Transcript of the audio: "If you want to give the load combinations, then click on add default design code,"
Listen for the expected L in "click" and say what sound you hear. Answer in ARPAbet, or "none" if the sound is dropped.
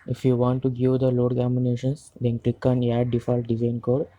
L